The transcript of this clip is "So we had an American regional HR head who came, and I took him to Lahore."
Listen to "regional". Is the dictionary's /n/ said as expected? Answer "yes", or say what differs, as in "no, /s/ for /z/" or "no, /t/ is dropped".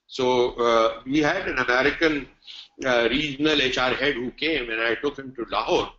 no, /l/ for /n/